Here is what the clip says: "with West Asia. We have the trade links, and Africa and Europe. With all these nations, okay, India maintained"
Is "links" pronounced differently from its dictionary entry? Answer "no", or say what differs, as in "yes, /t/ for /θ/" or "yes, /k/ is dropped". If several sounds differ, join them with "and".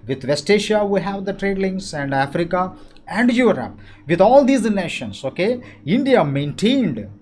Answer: yes, /k/ is dropped